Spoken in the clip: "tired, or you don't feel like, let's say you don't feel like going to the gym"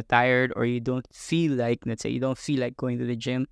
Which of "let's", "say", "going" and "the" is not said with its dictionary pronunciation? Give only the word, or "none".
let's